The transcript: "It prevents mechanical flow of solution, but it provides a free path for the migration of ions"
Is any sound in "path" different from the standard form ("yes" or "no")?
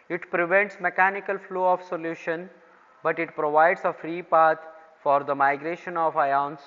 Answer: yes